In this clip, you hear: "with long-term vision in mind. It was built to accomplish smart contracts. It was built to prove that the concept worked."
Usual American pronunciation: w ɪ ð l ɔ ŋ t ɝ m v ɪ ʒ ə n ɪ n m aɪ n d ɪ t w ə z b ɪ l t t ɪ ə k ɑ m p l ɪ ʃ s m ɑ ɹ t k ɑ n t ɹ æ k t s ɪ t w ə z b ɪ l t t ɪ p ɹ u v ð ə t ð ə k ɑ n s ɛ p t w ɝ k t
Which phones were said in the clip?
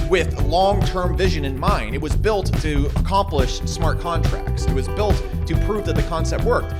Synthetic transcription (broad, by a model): w ɪ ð l ɔ ŋ t ɝ m v ɪ ʒ ə n ɪ n m aɪ n d ɪ t w ə z b ɪ l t t ɪ ə k ɑ m p l ɪ ʃ s m ɑ ɹ t k ɑ n t ɹ æ k t s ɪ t w ə z b ɪ l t t ɪ p ɹ u v ð ə t ð ə k ɑ n s ɛ p t w ɝ k t